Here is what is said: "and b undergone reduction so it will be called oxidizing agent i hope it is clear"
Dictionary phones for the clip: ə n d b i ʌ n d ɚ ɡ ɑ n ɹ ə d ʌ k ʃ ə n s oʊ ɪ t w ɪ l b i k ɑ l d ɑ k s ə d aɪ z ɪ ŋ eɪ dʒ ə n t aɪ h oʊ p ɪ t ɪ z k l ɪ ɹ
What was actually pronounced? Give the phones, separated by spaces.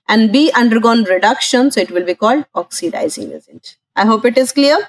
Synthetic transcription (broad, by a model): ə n d b i ʌ n d ɚ ɡ ɑ n ɹ ə d ʌ k ʃ ə n s oʊ ɪ t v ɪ l b i k ɑ l d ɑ k s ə d aɪ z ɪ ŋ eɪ z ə n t aɪ h oʊ p ɪ t ɪ z k l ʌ ɹ